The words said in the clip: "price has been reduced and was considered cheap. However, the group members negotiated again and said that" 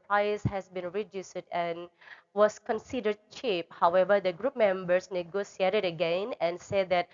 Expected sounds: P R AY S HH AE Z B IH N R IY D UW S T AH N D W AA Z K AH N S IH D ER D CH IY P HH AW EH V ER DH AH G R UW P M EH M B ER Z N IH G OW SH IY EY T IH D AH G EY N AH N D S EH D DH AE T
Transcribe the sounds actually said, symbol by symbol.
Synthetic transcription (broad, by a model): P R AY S HH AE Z B IH N R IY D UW S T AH N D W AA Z K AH N S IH D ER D CH IY P HH AW EH V ER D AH G R UW P M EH M B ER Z N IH G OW S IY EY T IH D AH G EY N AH N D S EH D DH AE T